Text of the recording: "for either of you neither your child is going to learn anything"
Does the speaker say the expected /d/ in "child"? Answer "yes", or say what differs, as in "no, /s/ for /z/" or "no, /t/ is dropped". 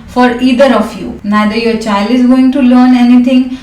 yes